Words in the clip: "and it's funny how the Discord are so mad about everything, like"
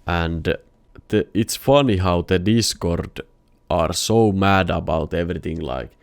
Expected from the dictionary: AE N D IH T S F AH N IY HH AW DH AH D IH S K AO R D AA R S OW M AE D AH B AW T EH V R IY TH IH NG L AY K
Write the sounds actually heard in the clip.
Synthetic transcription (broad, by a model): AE N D IH T S F AH N IY HH AW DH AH D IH S K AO R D AA R S OW M AE D AH B AW T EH V R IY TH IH NG L AY K